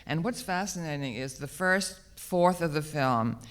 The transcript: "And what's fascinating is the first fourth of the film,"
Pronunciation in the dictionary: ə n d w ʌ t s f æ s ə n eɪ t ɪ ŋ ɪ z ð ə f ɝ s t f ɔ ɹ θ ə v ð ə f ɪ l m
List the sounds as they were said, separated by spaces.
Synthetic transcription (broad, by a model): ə n w ʌ t s f æ s ə n eɪ t ɪ ŋ ɪ z ð ə f ɝ s t f ɔ ɹ θ ə v ð ə f ɪ l m